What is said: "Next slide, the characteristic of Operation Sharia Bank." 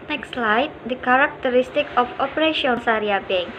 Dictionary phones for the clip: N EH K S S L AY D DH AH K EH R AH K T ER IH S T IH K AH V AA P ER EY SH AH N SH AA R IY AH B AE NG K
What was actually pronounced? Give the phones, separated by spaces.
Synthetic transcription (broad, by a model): N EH K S S L AY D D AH K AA R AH K T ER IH S T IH K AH F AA P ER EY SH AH N S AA R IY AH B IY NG